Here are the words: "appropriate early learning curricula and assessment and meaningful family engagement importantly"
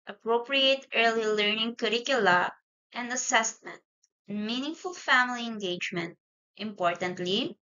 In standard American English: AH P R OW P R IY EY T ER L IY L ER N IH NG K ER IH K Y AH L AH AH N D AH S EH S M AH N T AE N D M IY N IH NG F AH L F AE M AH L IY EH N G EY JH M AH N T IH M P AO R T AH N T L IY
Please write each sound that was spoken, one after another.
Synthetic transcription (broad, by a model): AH P R OW P R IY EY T ER L IY L ER N IH NG K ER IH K Y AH L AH AH N D AH S EH S M AH N T N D M IY N IH NG F AH L F AE M AH L IY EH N G EY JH M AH N T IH M P AO R T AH N T L IY